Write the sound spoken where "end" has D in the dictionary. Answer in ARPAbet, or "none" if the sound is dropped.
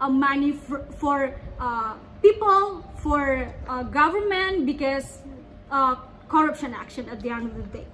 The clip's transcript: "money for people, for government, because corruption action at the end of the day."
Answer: none